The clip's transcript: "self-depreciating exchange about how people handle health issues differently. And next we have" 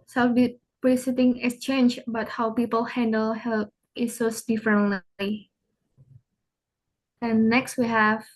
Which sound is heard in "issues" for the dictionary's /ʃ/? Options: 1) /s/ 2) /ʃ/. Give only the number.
1